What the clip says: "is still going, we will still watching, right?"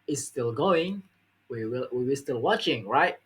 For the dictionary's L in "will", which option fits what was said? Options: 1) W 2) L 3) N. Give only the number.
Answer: 1